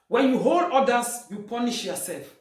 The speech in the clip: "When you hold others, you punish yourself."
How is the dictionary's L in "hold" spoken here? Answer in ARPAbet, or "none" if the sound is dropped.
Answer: L